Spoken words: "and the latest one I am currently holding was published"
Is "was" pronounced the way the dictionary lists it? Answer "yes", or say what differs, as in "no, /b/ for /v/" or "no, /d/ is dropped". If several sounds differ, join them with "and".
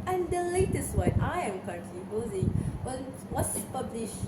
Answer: no, /s/ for /z/